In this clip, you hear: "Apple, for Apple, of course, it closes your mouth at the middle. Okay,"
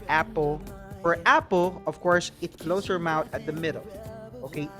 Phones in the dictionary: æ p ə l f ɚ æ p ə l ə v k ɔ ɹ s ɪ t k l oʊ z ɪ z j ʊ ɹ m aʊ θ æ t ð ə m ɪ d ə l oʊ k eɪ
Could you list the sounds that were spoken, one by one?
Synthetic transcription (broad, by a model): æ p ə l f ɚ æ p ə l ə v k ɔ ɹ s ɪ t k l oʊ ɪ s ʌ ɹ m aʊ t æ t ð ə m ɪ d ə l oʊ k eɪ